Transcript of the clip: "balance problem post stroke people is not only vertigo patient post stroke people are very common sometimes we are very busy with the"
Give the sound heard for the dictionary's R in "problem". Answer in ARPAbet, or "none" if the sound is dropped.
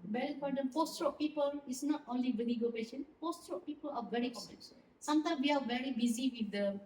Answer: none